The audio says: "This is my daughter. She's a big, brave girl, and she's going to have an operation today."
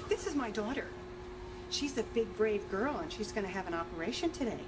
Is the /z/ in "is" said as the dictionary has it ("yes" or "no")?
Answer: yes